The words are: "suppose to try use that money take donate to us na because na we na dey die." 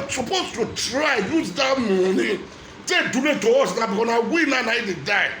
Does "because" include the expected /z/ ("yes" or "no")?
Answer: no